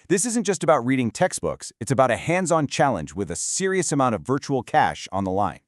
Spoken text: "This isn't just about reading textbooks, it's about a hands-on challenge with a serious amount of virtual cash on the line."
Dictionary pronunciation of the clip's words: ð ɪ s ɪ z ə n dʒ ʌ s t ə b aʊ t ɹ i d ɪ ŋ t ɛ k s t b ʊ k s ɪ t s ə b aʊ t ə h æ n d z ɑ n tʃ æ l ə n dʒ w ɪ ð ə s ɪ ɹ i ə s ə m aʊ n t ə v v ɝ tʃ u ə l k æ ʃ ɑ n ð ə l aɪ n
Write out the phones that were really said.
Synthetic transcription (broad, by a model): ð ɪ s ɪ z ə n dʒ ʌ s t ə b aʊ t ɹ i d ɪ ŋ t ɛ k s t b ʊ k s ɪ t s ə b aʊ t ə h æ n d z ɑ n tʃ æ l ə n dʒ w ɪ ð ə s ɪ ɹ i ə s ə m aʊ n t ə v v ɝ tʃ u l k æ ʃ n ð ə l aɪ n